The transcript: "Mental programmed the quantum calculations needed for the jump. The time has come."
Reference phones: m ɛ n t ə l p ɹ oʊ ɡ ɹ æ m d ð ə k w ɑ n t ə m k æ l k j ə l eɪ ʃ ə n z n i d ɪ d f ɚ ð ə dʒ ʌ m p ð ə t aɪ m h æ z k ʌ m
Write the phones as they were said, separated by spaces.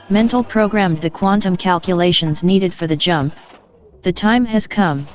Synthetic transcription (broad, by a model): m ɛ n t l p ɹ oʊ ɡ ɹ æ m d ð ə k w ɑ n t ə m k æ l k j ə l eɪ ʃ ə n z n i d ɪ d f ɚ ð ə dʒ ʌ m p ð ə t aɪ m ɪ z k ʌ m